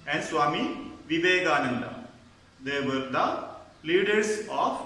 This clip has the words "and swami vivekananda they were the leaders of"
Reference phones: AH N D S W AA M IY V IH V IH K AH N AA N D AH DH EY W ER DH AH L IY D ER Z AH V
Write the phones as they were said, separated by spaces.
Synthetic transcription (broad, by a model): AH N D S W AA M IY V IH V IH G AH N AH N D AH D EY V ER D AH L IY D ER S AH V